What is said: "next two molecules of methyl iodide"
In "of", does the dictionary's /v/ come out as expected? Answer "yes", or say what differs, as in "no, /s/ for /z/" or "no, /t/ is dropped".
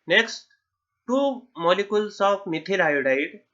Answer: no, /p/ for /v/